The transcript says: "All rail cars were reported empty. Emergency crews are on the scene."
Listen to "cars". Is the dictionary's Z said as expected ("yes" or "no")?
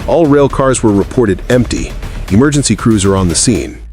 yes